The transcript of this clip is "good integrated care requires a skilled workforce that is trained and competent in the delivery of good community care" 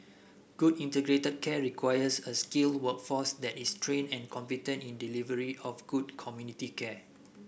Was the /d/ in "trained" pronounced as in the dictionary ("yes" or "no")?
no